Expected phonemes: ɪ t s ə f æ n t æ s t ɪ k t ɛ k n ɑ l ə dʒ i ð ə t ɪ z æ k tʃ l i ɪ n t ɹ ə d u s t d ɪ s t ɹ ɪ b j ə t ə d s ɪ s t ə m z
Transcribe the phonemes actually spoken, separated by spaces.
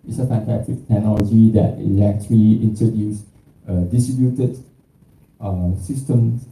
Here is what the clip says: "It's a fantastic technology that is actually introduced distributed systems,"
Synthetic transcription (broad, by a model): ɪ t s ə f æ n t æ t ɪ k t ɛ k n ɑ l ə dʒ i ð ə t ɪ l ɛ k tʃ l i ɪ n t ɹ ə d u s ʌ d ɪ s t ɹ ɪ b j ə t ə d s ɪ s t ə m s